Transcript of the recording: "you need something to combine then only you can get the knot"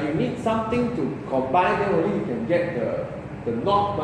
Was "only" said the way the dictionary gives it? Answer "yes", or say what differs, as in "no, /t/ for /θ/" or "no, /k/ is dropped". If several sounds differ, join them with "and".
no, /n/ is dropped